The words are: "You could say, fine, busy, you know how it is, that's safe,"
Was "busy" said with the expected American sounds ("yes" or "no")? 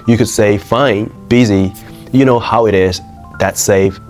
yes